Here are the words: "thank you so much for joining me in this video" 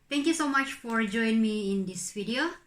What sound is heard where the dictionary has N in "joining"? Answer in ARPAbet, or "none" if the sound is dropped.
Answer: none